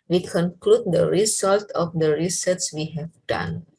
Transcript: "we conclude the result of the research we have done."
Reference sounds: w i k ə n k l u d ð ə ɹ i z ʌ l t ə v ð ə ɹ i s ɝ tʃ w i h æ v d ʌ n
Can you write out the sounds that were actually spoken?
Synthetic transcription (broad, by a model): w i k ə n k l u d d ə ɹ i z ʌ l t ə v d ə ɹ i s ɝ s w i h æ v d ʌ n